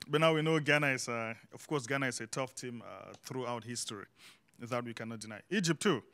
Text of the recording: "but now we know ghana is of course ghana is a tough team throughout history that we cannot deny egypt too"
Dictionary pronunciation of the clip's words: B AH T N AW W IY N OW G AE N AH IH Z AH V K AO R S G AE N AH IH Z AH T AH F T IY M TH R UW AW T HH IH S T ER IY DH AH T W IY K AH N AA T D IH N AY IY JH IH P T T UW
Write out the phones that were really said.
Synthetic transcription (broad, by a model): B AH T N AW W IY N OW G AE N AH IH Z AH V K AO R S G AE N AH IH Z AH T AH F T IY M TH R UW AW T HH IH S T ER IY DH AH T W IY K AH N AA T D IH N AY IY JH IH P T T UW